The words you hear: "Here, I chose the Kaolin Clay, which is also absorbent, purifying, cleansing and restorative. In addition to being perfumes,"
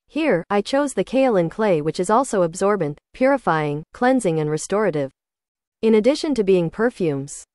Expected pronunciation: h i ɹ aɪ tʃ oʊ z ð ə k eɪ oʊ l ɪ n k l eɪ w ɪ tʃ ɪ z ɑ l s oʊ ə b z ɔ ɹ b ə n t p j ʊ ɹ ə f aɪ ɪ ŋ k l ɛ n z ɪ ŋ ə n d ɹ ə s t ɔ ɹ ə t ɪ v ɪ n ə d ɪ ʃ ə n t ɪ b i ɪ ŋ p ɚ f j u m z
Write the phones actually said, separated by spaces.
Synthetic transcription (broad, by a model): h i ɹ aɪ tʃ oʊ z ð ə k eɪ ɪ l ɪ n k l eɪ w ɪ tʃ ɪ z ɑ l s oʊ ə b z ɔ ɹ b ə n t p j ʊ ɹ ə f aɪ ɪ ŋ k l ɛ n z ɪ ŋ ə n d ɹ ə s t ɔ ɹ ə t ɪ v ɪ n ə d ɪ ʃ ə n t ɪ b i ɪ ŋ p ɚ f j u m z